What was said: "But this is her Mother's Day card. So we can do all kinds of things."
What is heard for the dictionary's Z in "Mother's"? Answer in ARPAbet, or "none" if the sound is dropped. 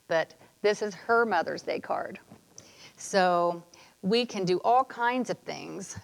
Z